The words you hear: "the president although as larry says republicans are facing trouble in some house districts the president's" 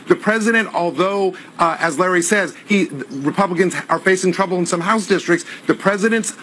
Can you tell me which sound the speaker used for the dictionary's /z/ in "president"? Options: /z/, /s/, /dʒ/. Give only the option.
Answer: /z/